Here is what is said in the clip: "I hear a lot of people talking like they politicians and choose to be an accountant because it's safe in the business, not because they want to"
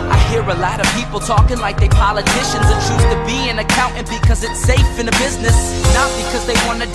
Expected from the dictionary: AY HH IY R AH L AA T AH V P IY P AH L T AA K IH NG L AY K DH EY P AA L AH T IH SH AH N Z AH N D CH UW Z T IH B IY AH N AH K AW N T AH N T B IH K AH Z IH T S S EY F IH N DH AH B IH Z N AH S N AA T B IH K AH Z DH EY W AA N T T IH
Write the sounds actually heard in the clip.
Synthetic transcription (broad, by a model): AY HH IY R AH L AA T AH V P IY P L T AA K IH NG L AY K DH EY P AA L AH T IH SH AH N Z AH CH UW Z T IH B IY AH N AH K AW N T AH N B IH K AH Z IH T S S EY F IH N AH B IH Z N AH S N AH T B IH K AH Z DH EY W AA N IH